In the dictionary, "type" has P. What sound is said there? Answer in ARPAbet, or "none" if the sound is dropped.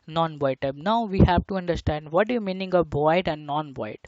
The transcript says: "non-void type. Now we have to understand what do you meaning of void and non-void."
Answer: B